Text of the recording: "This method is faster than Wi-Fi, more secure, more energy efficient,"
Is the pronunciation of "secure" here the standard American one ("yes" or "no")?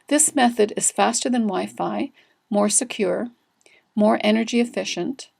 yes